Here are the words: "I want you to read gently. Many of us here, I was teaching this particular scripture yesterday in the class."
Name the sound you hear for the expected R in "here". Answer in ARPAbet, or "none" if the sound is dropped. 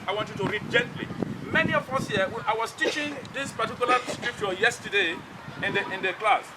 W